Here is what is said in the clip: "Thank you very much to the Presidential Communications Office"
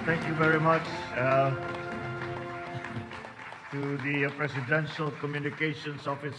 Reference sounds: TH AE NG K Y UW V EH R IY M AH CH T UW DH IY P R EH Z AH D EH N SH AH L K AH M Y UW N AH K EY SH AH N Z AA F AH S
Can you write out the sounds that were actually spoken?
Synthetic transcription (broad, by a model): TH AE NG K Y UW V EH R IY M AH CH T UW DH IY P R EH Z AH D EH N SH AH L K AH M Y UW N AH K EY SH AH N S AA F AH S